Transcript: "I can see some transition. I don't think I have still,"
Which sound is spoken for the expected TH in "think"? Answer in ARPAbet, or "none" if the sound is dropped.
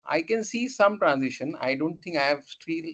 T